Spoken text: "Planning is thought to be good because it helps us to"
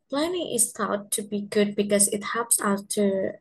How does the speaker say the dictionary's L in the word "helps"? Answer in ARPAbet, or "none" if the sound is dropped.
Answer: none